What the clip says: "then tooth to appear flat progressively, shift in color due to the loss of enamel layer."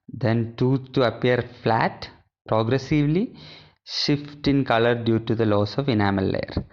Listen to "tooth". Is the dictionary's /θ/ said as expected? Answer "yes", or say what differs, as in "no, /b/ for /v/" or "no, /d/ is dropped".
no, /s/ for /θ/